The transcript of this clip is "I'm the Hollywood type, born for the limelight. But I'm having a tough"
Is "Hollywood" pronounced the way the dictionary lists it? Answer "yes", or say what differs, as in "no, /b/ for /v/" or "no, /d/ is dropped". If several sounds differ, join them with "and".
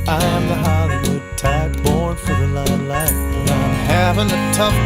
no, /l/ is dropped